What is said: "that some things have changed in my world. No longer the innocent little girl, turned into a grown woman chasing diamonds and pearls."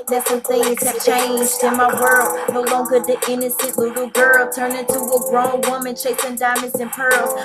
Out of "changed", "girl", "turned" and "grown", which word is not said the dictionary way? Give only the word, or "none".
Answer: turned